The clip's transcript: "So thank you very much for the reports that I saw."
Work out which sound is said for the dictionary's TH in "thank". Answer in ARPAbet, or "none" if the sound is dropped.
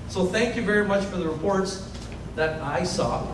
TH